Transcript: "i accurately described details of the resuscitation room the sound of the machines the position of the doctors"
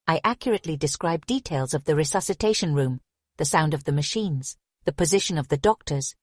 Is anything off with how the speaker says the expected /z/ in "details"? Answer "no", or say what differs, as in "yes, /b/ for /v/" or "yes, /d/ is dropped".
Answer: no